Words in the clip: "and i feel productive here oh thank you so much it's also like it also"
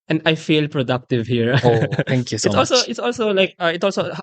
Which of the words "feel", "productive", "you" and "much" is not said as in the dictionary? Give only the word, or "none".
much